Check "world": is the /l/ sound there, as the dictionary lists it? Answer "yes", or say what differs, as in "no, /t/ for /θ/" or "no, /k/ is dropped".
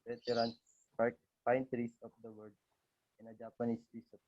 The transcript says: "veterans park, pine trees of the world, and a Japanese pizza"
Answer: no, /l/ is dropped